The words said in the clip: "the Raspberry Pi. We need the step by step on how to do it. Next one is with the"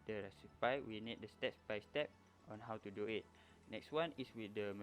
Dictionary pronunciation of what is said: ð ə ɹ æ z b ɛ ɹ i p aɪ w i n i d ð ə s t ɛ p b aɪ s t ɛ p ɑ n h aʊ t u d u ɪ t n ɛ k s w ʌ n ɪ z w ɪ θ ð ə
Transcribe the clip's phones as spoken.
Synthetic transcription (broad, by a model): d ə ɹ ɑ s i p aɪ w i n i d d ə s t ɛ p b aɪ s t ɛ p ɑ n h aʊ t u d u ɪ t n ɛ k s w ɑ n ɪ s w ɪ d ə